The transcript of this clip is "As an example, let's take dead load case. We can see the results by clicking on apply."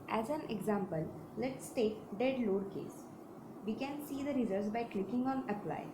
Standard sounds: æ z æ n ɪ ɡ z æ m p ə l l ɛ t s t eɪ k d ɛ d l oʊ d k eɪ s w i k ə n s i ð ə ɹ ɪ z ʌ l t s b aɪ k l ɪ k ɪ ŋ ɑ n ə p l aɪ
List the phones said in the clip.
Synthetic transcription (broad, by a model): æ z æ n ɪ ɡ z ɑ m p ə l l ɛ t s t eɪ k d ɛ d l oʊ d k eɪ s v i k ə n s i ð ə ɹ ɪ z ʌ t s b aɪ k l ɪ k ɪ ŋ ɑ n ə p l aɪ